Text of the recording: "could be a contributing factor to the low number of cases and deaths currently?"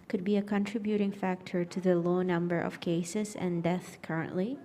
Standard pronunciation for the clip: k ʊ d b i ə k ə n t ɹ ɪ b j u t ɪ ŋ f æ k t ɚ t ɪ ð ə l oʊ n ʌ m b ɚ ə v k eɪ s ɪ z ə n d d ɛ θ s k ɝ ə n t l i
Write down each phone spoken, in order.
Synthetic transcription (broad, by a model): k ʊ d b i ə k ə n t ɹ ɪ b j u t ɪ ŋ f æ k t ɚ t ɪ ð ə l oʊ n ʌ m b ɚ ə v k eɪ s ɪ z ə n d d ɛ θ k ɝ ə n t l i